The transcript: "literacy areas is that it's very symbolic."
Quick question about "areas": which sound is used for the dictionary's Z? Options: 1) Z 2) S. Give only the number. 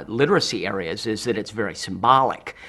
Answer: 1